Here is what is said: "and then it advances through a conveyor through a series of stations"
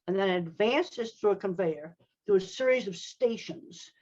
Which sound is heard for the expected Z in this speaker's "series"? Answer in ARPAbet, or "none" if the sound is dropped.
Z